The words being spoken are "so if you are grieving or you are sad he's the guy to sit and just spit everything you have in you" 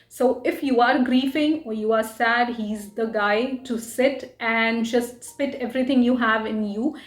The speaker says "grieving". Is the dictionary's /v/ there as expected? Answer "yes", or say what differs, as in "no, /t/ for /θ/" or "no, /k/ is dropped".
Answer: no, /f/ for /v/